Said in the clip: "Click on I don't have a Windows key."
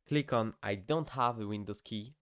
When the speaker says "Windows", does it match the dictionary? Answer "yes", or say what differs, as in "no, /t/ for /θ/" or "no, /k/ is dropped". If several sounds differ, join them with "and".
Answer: no, /s/ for /z/